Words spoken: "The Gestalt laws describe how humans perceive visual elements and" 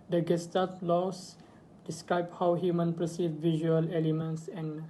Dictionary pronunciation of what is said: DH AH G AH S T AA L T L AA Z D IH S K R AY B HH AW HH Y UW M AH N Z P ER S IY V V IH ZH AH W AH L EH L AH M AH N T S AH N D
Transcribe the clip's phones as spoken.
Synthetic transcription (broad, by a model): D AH G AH S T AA T L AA S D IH S K R AY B HH AW HH Y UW M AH N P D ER S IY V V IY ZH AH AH L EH L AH M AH N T S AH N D